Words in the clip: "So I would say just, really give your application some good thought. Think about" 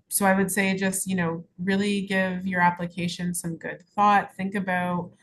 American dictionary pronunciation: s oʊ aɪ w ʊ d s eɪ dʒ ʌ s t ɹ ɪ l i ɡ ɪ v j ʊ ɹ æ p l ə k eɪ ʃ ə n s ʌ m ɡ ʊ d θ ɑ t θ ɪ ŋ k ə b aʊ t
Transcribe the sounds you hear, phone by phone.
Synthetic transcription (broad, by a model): s oʊ aɪ w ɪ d s eɪ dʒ ʌ s t ɹ ɪ l i ɡ ɪ v j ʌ ɹ æ p l ə k eɪ ʃ ə n s ʌ m ɡ ʊ d θ ɑ t θ ɪ ŋ k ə b aʊ t